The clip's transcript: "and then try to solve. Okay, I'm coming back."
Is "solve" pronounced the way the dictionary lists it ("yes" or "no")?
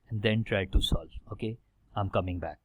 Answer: no